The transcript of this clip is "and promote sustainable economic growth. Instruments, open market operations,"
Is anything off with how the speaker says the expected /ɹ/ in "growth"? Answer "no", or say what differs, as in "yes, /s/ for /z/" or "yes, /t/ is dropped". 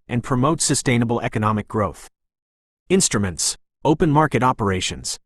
no